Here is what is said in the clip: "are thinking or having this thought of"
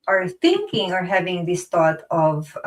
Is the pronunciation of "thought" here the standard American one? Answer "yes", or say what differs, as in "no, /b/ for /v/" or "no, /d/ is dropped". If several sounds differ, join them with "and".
no, /t/ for /θ/